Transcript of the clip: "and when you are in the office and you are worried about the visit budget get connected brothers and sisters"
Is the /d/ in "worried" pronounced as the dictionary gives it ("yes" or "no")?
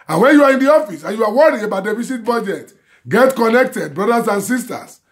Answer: no